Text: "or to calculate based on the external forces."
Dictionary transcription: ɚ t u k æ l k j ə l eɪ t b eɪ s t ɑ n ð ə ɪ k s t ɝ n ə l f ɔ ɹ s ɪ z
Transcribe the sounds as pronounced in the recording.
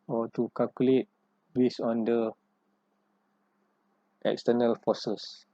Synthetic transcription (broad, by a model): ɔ t u k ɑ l k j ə l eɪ t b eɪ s ɑ n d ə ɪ k s t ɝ n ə l f ɔ s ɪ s